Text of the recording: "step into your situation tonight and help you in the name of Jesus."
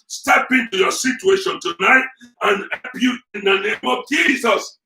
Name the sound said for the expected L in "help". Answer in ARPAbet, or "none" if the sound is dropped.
none